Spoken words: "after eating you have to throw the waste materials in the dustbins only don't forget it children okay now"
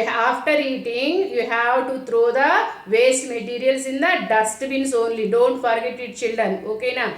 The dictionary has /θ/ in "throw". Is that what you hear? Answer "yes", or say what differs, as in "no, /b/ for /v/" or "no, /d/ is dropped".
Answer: no, /t/ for /θ/